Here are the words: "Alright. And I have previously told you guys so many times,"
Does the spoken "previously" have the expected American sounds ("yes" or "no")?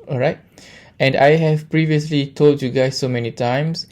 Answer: yes